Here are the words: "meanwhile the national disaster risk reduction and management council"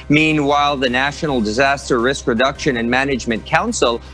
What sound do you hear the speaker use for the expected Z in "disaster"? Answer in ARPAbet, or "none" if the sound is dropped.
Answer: Z